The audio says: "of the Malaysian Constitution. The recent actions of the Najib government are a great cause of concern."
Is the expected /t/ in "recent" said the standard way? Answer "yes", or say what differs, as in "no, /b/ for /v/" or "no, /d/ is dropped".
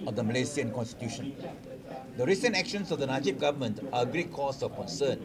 yes